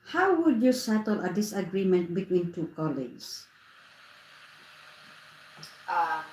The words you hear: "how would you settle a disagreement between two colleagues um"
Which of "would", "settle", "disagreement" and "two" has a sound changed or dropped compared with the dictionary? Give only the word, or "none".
none